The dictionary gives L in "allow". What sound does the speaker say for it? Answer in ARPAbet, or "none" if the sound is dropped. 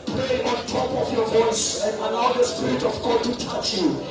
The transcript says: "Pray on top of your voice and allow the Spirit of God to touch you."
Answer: N